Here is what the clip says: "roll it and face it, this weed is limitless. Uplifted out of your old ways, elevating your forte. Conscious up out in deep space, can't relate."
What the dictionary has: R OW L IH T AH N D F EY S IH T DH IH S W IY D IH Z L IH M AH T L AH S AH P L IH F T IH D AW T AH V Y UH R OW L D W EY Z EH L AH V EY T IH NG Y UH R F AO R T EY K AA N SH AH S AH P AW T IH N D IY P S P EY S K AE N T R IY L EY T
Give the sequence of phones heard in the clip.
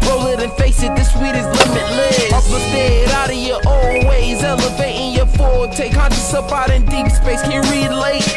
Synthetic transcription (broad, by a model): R OW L IH T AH N F EY S IH T DH IH S W IY D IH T L IH M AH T L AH AH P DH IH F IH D AW T AH V Y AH R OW L W EY Z EH L AH V EY T IH NG Y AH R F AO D T EY K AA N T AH S AH P AW T IH N D IY P S P EY S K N R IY L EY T